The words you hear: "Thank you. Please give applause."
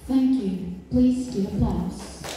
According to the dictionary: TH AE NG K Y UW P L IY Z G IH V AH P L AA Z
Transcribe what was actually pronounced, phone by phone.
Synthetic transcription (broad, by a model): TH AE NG K Y UW P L IY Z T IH AH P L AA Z